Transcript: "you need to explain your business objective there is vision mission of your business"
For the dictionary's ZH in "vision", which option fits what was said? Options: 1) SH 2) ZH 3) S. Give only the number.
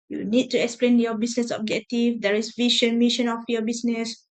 1